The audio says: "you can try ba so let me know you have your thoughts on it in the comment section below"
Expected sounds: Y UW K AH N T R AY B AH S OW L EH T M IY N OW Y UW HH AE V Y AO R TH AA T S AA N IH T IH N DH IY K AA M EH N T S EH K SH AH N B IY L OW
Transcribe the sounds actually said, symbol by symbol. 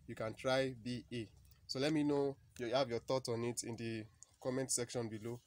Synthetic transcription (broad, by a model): Y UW K AH N T R AY B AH S OW L EH T M IY N OW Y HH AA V Y AO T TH AA T AA N IH T IH N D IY K AA M EH N T S EH K SH AH N B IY L OW